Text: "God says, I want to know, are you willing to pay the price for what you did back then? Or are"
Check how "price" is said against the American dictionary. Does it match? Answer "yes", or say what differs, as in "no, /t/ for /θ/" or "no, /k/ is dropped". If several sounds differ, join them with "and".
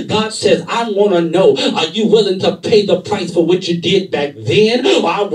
yes